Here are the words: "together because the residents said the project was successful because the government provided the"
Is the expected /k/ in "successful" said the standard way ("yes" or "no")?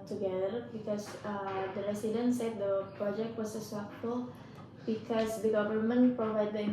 no